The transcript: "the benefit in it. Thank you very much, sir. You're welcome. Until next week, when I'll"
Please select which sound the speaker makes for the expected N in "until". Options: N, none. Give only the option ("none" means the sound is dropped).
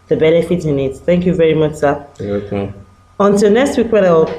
N